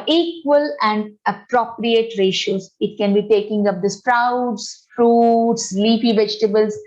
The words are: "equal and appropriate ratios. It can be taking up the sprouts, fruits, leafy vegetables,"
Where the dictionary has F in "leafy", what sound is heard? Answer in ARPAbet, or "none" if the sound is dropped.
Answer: P